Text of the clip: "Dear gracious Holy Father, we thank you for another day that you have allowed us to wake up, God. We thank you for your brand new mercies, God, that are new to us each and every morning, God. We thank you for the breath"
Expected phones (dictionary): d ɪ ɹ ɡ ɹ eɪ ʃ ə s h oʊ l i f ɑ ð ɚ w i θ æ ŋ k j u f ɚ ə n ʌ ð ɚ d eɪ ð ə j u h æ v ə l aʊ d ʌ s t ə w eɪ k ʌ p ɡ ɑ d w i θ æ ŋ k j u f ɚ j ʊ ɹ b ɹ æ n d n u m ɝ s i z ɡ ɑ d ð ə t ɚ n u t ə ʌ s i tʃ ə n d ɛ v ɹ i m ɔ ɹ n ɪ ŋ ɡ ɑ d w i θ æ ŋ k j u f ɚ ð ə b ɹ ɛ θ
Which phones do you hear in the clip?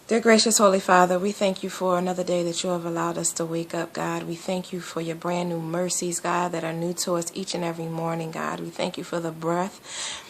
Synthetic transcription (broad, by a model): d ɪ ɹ ɡ ɹ eɪ ʃ ə s h oʊ l i f ɑ ð ɚ w i θ æ ŋ k j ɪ f ɚ ə n ʌ ð ɚ d eɪ ð ə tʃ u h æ v ə l aʊ d ʌ s t ə w eɪ k ʌ p ɡ ɑ d w i θ æ ŋ k j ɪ f ɚ j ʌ ɹ b ɹ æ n n u m ɝ s i z ɡ ɑ d ð ə t ɚ n u t ə ʌ s i tʃ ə n ɛ v ɹ i m ɔ ɹ n ɪ ŋ ɡ ɑ d w i θ æ ŋ k j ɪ f ɚ ð ə b ɹ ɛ θ